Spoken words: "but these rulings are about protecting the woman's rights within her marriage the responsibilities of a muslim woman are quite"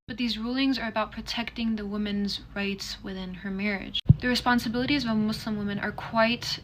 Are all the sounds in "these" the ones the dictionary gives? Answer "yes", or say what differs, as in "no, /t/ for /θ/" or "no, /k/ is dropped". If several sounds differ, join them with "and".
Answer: yes